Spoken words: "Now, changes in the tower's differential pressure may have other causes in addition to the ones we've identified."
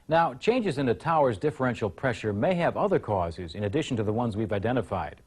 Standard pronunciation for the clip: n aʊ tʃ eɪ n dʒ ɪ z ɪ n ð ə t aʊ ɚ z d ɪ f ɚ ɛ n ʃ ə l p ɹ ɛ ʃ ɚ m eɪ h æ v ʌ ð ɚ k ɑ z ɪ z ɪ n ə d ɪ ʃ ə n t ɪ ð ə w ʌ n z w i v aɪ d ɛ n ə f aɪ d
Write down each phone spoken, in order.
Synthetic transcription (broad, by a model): n aʊ tʃ eɪ n dʒ ɪ z ɪ n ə t aʊ ɚ z d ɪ f ɚ ɛ n ʃ l p ɹ ɛ ʃ ɚ m eɪ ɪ v ʌ ð ɚ k ɑ z ɪ z ɪ n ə d ɪ ʃ n t ɪ ð ə w ʌ n z w i v aɪ d ɛ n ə f aɪ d